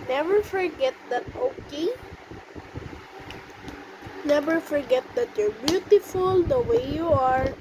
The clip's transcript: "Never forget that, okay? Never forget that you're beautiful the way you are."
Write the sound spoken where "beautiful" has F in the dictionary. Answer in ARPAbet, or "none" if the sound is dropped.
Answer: F